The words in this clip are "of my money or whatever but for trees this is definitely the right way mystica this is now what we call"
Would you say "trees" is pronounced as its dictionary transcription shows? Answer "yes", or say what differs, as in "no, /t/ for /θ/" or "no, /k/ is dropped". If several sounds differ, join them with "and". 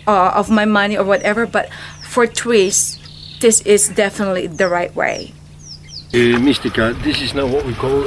no, /w/ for /ɹ/